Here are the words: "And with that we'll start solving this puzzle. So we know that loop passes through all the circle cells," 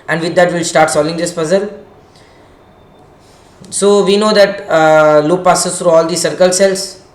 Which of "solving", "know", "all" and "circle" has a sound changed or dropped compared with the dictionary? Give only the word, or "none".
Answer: solving